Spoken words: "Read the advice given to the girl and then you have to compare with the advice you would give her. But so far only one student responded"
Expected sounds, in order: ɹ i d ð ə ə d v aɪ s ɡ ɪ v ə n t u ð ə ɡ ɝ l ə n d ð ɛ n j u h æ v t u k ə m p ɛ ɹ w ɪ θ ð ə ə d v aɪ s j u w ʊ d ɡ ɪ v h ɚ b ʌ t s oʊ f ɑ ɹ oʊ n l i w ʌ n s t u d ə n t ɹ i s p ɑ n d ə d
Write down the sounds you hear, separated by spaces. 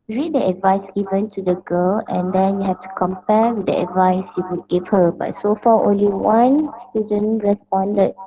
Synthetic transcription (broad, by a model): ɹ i d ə ə d v aɪ s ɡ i v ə n t u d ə ɡ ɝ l ə n d ɛ n j u h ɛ f t u k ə m p ɛ w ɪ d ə ə d v aɪ s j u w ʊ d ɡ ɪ p h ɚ b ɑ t s oʊ f ɑ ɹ oʊ n l i w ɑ n s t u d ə n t ɹ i s p ɑ n d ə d